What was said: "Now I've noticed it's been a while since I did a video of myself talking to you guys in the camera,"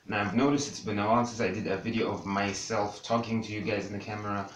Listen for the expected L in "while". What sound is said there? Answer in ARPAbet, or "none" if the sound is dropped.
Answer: N